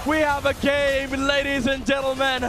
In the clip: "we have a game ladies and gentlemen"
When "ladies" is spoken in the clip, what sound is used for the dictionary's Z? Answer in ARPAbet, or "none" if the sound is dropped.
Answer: Z